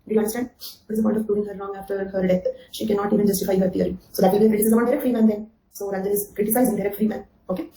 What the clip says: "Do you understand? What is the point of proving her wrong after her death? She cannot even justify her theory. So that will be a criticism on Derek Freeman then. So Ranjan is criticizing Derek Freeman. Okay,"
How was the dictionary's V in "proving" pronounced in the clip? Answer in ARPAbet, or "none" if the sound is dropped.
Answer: none